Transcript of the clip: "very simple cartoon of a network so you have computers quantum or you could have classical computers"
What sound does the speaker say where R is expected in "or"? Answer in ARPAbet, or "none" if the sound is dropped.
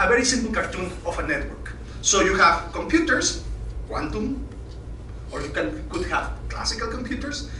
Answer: R